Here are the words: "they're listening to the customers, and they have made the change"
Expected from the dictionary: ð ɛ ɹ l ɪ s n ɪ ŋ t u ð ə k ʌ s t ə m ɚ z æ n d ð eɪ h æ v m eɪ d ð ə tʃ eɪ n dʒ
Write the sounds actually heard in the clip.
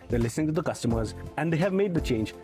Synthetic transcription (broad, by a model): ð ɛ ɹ l ɪ s n ɪ ŋ t u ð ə k ʌ s t ə m ɚ z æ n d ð eɪ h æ v m eɪ d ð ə tʃ eɪ n dʒ